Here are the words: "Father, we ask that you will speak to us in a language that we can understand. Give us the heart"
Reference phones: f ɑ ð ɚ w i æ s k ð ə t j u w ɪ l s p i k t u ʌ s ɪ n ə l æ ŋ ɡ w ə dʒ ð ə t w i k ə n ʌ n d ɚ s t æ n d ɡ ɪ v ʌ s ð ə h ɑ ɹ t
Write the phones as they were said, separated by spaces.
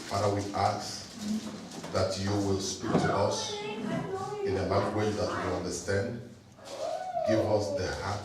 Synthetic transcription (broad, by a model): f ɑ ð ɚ w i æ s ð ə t j u w ɪ l s p i k t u ʌ s ɪ n ə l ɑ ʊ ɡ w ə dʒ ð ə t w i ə l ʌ n d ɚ s t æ n d ɡ ɪ v ʌ s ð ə h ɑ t